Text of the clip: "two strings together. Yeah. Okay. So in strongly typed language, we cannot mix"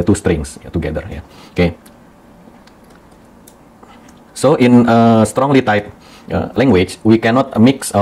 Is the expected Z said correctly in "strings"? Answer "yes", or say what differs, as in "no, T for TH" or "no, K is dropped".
no, S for Z